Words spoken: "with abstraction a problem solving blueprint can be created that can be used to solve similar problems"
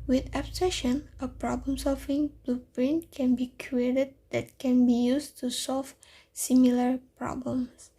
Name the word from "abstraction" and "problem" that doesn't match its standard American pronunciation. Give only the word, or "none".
abstraction